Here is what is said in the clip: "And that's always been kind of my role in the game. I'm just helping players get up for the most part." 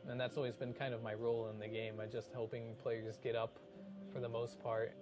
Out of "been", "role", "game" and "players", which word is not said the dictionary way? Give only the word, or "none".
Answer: none